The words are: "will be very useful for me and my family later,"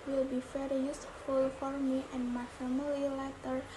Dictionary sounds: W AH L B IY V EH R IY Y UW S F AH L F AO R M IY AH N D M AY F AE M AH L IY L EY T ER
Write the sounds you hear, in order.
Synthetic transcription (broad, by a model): W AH L B IY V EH R IY Y UW S F AH L F AO R M IY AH N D M AY F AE M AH L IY L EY T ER